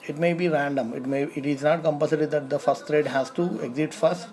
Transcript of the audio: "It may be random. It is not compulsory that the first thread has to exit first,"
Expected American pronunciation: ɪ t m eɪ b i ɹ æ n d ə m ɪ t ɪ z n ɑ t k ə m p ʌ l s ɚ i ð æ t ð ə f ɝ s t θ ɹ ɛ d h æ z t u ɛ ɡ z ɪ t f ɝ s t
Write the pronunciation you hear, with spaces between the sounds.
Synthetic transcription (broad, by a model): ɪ t m eɪ b i ɹ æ n d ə m ɪ t ɪ z n ɑ t k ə m p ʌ s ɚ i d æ t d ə f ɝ s t t ɹ ɛ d h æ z t u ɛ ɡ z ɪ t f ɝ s t